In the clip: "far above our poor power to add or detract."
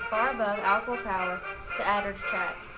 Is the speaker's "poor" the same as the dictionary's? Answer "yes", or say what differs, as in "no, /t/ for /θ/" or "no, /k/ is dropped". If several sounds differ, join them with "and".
no, /l/ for /ɹ/